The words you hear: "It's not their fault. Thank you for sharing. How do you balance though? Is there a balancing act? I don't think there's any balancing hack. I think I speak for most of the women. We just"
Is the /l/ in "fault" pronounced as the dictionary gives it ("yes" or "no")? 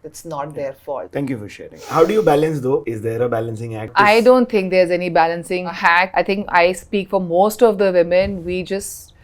no